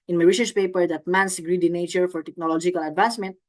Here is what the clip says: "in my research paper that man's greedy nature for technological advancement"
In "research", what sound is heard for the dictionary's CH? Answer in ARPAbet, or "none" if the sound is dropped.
SH